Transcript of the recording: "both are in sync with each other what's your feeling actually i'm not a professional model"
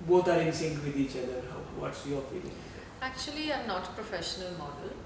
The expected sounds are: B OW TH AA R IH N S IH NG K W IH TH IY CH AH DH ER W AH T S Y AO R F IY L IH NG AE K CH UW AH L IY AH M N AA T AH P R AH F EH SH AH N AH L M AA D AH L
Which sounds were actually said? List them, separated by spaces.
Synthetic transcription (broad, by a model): B OW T AA R IH N S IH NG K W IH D IY CH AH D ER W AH T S Y AO R F IY L IH NG AE K CH UW AH L IY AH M N AA T P R AH F EH SH AH N AH L M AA D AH L